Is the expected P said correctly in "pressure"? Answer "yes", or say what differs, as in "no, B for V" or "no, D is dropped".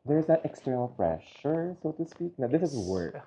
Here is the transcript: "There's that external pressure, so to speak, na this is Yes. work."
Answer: no, F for P